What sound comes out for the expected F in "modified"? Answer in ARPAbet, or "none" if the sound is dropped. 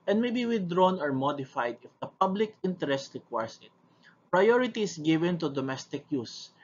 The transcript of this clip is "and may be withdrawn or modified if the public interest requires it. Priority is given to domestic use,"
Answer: F